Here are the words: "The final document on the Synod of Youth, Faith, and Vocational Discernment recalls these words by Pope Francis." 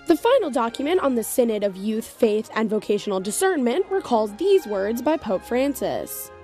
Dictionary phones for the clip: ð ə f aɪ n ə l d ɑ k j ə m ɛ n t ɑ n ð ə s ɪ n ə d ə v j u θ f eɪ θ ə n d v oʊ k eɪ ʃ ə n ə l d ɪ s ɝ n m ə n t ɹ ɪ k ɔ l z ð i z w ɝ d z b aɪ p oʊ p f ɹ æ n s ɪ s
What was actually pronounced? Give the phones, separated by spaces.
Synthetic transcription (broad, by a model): ð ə f aɪ n l d ɑ k j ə m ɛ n t n ð ə s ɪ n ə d ə v j u θ f eɪ θ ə n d v oʊ k eɪ ʃ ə n l d ɪ s ɝ n m ə n t w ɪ k ɔ l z ð i z w ɝ d z b aɪ p oʊ p f ɹ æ n s ɪ s